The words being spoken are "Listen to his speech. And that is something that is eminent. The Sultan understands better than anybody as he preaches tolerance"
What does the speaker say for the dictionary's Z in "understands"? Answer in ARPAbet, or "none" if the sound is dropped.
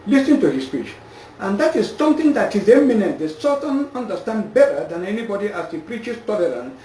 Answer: none